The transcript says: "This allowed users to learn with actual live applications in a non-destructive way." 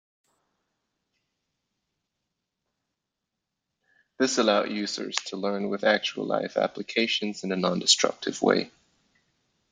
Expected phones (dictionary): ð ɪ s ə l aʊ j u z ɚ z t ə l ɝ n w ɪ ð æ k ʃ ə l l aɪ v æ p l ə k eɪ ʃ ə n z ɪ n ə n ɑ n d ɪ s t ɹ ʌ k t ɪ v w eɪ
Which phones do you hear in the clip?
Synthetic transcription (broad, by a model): ð ɪ s ə l aʊ j u z ɚ z t ə l ɝ n w ɪ ð æ k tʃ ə l l aɪ f æ p l ə k eɪ ʃ ə n z ɪ n ə n ɑ n d ɪ s t ɹ ʌ k t ɪ v w eɪ